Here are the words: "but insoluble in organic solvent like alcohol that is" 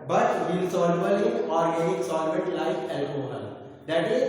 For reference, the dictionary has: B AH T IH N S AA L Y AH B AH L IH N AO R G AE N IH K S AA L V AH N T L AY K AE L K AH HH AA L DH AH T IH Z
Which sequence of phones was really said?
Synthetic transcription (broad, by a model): B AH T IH L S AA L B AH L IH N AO R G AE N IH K S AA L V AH T L AY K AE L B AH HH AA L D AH T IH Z